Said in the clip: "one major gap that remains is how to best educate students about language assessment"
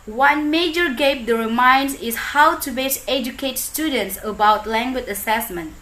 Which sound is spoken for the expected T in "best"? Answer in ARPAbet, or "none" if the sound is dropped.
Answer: none